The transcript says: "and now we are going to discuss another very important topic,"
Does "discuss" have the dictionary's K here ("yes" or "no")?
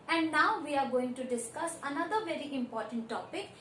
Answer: yes